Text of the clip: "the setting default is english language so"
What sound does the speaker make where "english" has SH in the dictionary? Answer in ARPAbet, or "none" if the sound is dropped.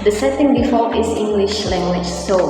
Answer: SH